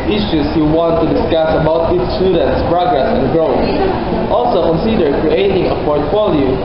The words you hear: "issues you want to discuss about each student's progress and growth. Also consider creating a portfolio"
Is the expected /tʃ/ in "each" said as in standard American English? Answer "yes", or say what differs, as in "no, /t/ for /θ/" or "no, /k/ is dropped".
no, /s/ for /tʃ/